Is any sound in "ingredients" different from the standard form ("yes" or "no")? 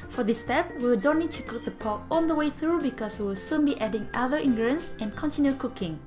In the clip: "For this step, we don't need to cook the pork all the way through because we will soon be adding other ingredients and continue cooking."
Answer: yes